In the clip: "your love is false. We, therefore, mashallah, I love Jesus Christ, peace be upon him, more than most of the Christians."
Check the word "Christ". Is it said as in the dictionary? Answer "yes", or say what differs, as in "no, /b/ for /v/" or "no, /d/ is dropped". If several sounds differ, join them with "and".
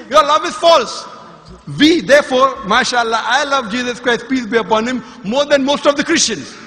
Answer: yes